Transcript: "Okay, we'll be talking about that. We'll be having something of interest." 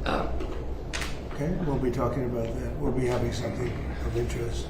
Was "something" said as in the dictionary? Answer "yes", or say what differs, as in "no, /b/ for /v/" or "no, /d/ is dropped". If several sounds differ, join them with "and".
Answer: yes